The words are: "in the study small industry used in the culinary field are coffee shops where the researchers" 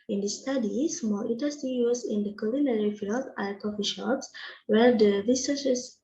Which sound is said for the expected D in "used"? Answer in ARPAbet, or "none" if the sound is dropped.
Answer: none